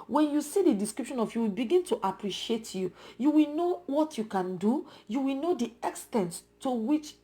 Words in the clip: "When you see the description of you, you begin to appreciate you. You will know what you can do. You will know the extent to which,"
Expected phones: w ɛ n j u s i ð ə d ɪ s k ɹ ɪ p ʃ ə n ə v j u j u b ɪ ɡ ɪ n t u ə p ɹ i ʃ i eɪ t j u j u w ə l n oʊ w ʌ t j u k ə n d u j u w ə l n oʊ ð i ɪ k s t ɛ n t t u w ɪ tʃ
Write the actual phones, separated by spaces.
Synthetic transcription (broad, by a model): w ɛ n j u s i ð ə d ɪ s k ɹ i p ʃ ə n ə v j u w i b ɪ ɡ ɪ n t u ə p ɹ i ʃ i eɪ t j u j u w ə l n oʊ w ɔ t j u k ə n d u j u w ə l n oʊ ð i ɪ k s t ɛ n t t u w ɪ tʃ